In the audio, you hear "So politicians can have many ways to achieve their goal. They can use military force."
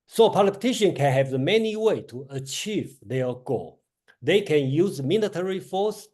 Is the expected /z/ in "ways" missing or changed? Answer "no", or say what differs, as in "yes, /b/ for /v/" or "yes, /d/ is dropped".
yes, /z/ is dropped